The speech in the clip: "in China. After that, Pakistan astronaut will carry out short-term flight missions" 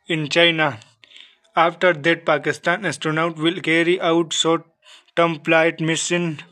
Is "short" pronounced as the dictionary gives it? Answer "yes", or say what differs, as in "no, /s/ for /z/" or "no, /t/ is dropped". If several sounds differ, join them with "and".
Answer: no, /s/ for /ʃ/